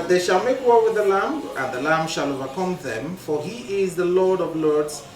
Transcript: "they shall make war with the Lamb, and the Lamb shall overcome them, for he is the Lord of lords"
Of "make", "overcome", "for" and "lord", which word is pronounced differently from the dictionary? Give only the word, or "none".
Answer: none